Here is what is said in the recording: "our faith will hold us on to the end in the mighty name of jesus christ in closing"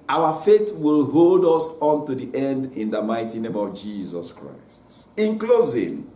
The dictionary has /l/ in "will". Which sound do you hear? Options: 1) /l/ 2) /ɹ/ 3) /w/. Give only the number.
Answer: 1